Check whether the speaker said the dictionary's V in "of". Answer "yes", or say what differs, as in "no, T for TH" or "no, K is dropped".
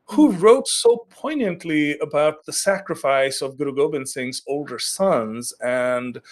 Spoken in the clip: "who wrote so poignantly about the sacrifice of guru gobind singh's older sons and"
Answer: yes